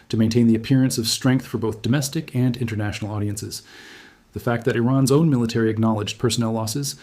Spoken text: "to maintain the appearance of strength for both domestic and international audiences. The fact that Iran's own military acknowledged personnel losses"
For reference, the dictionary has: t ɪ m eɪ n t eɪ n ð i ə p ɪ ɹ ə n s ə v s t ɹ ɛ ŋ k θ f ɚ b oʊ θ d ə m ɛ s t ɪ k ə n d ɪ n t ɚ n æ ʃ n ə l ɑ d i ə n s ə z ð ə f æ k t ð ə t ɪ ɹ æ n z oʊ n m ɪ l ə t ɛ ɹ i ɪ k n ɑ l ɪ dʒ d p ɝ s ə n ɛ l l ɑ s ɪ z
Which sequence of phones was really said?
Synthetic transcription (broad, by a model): t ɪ m eɪ n t eɪ n ð i ə p ɪ ɹ ə n s ə v s t ɹ ɛ ŋ k θ f ɚ b oʊ θ d ə m ɛ s t ɪ k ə n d ɪ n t ɚ n æ ʃ n l ɑ d i ə n s ə z ð ə f æ k t ð ə t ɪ ɹ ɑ n z oʊ n m ɪ l ə t ɛ ɹ i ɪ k n ɑ l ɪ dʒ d p ɝ s ə n ɛ l l ɑ s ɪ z